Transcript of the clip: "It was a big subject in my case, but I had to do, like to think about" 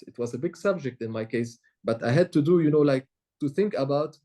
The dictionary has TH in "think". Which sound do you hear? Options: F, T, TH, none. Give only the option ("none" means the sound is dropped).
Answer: TH